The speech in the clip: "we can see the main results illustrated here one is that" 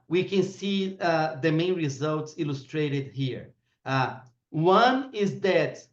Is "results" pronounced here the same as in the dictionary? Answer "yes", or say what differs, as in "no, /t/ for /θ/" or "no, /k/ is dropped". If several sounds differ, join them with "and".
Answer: yes